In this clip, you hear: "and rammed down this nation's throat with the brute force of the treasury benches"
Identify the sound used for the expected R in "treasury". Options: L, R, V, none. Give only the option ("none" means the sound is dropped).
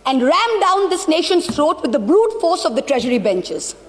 R